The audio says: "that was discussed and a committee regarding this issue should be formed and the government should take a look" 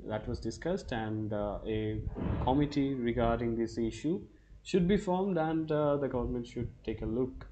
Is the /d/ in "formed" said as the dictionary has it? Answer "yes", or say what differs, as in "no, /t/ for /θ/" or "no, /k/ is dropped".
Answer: yes